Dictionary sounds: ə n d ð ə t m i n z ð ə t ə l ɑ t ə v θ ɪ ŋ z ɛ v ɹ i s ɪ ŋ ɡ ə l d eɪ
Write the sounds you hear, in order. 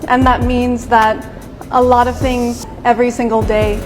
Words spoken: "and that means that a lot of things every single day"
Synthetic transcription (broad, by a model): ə n ð ə t m i n z ð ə t ə l ɑ t ə v θ ɪ ŋ z ɛ v ɹ i s ɪ ŋ ɡ l d eɪ